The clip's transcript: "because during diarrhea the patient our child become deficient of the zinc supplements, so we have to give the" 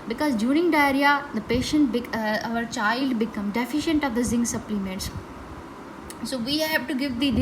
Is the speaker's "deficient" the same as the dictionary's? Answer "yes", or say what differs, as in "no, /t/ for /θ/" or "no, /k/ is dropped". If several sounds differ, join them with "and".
yes